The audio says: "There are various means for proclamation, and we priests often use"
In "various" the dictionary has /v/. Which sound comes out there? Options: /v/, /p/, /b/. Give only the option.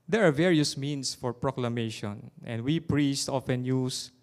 /v/